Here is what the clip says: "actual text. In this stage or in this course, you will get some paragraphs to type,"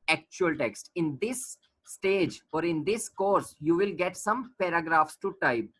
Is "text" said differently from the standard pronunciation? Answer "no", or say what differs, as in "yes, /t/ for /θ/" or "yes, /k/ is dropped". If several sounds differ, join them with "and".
no